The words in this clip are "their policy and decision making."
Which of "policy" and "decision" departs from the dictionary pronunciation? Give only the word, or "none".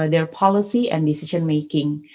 decision